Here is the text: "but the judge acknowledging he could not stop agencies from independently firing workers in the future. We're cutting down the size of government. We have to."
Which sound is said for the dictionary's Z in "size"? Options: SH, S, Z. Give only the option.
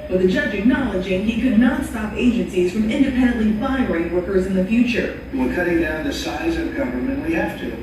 Z